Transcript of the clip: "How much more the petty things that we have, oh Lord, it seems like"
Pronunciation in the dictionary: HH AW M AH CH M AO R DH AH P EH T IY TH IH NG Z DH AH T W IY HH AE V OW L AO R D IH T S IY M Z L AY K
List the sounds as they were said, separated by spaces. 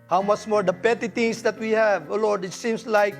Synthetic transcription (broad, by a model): HH AW M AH CH M AO R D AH P EH T IY T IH NG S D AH T W IY HH AE V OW L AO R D IH T S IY M S L AY K